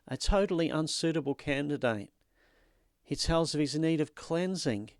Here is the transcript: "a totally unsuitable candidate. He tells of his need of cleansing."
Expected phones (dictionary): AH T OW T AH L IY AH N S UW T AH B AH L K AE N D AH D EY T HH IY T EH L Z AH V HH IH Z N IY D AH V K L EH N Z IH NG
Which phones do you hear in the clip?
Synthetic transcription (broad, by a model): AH T OW T L IY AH N S UW T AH B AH L K AE N D AH D EY T HH IY T EH L Z AH V IH Z N IY D AH V K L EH N Z IH NG